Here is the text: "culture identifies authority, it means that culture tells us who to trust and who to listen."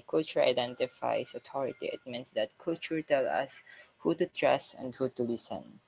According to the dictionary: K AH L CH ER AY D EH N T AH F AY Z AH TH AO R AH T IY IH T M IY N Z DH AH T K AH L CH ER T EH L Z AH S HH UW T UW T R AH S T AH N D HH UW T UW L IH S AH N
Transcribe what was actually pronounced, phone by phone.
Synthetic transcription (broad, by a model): K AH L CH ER AY D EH N T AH F AY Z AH T AO R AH T IY IH T M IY N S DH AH T K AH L CH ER T EH L AH S HH UW T UW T R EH S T AH N D HH UW T UW L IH S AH N